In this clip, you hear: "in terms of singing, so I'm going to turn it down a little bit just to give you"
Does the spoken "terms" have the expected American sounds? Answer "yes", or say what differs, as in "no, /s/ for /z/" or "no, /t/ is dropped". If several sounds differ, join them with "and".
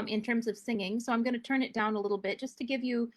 yes